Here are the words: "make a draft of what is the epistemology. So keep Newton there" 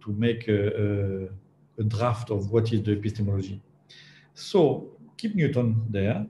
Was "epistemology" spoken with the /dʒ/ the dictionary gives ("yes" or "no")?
no